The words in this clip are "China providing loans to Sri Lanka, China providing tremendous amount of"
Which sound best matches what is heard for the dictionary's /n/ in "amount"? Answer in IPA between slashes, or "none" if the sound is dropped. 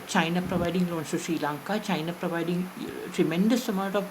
none